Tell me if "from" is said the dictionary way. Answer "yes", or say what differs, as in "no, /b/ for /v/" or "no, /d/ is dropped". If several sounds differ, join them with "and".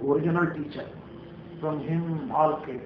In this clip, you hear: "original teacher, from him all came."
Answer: no, /p/ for /f/